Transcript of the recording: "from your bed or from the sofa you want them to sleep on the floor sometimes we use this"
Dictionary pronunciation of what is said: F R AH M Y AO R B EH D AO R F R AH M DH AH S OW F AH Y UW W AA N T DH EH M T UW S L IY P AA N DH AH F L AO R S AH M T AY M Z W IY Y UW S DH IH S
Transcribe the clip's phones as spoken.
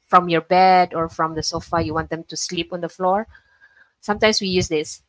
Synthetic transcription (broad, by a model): F R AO M Y AO R B EH D AO R F R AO M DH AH S OW F AH Y UW W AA N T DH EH M T UW S L IY P AA N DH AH F L AO R S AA M T AY M S W IY Y UW S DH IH S